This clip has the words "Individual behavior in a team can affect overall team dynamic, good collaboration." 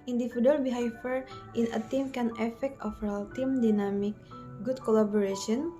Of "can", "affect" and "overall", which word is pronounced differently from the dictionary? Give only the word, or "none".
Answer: overall